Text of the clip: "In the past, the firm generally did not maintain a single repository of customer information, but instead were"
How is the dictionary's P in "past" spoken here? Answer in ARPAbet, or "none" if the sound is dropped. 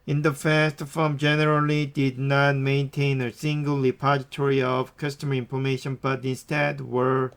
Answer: F